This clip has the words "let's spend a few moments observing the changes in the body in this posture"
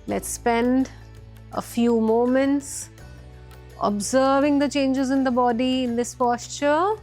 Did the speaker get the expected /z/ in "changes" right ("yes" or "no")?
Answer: yes